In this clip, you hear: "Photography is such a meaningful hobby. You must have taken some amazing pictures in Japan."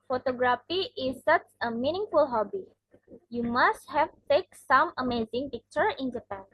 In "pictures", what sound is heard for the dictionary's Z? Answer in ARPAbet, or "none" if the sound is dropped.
none